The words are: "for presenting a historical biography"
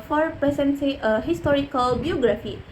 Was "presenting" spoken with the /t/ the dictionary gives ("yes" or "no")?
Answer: no